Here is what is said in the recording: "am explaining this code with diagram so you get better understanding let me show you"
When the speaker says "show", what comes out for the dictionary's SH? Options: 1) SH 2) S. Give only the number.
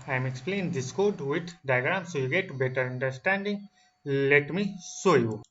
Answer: 2